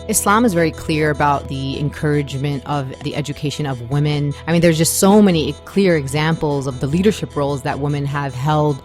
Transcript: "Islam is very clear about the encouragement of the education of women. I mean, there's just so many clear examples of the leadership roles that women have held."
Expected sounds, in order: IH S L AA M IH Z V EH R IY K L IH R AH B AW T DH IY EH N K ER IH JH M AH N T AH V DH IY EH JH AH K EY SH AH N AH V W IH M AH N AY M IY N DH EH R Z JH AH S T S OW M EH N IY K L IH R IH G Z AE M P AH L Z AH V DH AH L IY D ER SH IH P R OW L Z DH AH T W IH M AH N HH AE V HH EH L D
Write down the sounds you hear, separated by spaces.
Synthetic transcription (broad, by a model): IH S L AA M IH Z V EH R IY K L IH R AH B AW T DH IY EH N K ER IH JH M AH N T AH V DH IY EH JH AH K EY SH AH N AH V W IH M AH N AY M IY N DH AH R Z JH AH S T S OW M EH N IY K L IH R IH G Z AE M P L Z AH V DH AH L IY D ER SH IH P R OW L Z DH AH T W IH M AH N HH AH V HH EH L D